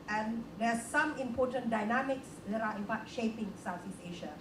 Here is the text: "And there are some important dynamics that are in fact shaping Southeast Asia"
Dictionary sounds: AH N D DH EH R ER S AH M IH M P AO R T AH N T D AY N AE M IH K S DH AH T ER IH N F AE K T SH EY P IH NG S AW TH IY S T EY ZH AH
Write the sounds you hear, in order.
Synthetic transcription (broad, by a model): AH N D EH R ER S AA M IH M P AO T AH N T D AY N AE M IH K S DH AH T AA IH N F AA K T SH EY P IH NG S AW T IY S EY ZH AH